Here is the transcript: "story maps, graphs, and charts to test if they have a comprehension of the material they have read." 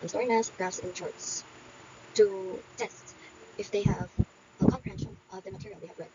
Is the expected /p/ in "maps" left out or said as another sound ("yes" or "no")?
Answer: yes